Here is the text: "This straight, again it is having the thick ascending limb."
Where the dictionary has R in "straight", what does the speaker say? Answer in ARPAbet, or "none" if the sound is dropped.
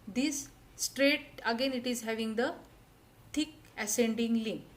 R